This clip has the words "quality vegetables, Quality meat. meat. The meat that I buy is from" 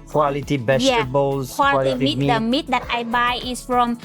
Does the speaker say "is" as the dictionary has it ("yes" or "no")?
no